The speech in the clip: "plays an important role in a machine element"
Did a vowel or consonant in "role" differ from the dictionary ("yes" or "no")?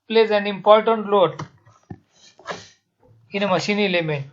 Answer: yes